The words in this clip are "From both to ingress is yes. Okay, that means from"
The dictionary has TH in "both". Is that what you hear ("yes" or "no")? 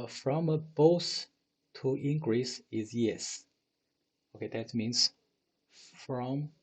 no